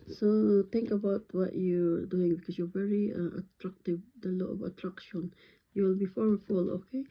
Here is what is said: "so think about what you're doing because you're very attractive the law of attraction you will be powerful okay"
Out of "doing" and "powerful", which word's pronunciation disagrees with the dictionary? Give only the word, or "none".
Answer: powerful